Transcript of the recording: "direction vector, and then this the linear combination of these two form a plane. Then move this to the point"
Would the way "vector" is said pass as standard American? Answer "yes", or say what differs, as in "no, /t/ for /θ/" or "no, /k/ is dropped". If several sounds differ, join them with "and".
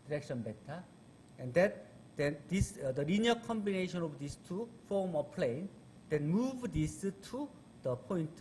no, /b/ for /v/ and /k/ is dropped